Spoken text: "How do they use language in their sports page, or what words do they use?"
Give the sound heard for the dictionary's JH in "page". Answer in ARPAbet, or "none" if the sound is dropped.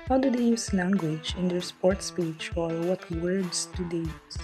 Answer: CH